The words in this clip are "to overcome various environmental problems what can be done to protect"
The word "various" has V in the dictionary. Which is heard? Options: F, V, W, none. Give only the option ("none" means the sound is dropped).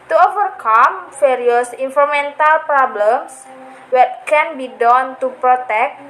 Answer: F